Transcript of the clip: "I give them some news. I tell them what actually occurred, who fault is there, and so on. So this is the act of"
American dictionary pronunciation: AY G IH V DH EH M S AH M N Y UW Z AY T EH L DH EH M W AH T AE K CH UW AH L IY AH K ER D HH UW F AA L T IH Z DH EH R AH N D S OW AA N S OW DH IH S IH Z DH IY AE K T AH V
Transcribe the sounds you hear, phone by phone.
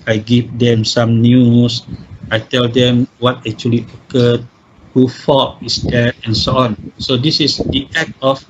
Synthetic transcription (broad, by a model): AY G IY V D EH M S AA M N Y UW S AY T EH L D EH M W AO T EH K CH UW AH L IY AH K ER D HH UW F AA T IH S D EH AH N S OW AA N S OW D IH S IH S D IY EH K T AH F